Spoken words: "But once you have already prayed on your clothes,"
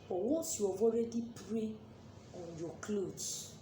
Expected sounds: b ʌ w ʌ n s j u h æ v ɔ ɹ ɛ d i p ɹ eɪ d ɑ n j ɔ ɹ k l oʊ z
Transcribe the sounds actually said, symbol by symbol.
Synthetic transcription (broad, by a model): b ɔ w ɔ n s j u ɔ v ɔ ɹ ɛ d i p ɹ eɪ ɑ n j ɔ k l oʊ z